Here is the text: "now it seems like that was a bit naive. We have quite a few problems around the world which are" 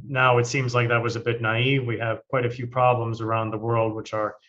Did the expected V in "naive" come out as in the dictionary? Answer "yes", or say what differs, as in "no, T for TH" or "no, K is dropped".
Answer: yes